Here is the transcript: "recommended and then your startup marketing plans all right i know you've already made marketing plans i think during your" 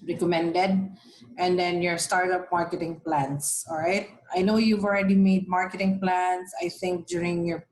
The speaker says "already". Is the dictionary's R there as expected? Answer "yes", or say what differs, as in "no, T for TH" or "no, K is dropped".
yes